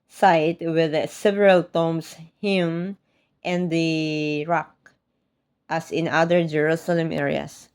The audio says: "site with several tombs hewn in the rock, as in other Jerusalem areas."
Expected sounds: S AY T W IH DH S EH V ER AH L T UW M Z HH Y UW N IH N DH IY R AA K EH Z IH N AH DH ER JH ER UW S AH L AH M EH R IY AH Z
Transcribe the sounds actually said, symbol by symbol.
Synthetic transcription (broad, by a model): S AY T W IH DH S EH V ER AH L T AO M S HH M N IH N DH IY R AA K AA S IH N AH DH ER JH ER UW S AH L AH M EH R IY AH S